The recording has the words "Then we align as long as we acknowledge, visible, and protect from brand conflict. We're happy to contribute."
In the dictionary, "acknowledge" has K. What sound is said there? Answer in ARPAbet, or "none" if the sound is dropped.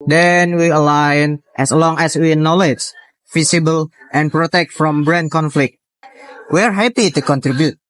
none